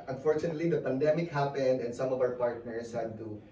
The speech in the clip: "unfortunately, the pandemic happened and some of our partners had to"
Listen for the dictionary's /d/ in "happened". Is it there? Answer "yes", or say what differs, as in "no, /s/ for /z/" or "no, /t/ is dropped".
yes